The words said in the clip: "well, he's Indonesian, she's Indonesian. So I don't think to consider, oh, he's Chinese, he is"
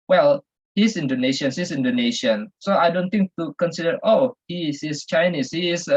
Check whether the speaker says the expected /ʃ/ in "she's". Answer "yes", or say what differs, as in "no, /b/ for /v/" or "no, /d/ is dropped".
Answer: no, /s/ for /ʃ/